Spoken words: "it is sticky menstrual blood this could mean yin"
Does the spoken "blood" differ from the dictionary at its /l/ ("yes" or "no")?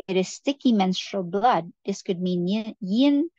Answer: no